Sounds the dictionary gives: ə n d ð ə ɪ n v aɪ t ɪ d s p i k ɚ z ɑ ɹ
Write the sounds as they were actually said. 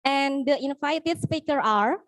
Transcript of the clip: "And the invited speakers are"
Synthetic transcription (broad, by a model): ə n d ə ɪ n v aɪ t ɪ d s p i k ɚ ɑ ɹ